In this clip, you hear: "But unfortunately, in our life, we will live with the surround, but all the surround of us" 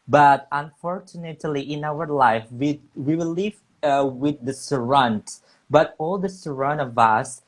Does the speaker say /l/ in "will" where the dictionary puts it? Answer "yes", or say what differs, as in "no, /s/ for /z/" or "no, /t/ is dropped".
no, /w/ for /l/